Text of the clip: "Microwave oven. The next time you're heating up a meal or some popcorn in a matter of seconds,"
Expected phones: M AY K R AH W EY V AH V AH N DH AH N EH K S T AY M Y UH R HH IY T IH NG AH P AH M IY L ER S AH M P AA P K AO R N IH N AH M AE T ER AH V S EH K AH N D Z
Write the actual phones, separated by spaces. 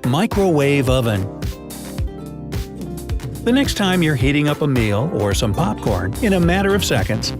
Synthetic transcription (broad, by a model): M AY K R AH W EY V AH V AH N DH AH N EH K S T AY M Y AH R HH IY T IH NG AH P AH M IY L ER S AH M P AA P K AO R N IH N AH M AE T ER AH V S EH K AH N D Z